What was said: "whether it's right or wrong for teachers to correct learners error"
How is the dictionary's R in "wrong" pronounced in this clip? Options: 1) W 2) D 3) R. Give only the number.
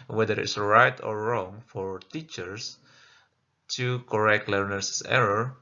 3